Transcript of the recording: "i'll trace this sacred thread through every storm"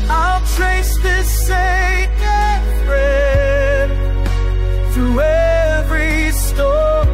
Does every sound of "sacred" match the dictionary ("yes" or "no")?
no